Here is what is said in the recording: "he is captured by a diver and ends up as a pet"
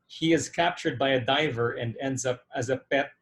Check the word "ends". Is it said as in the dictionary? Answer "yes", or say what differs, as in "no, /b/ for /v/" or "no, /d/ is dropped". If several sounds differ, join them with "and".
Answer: yes